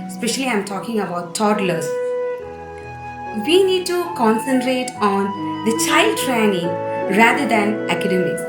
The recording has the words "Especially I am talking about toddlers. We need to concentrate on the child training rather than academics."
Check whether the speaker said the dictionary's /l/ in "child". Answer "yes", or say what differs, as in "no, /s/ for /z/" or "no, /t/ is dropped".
yes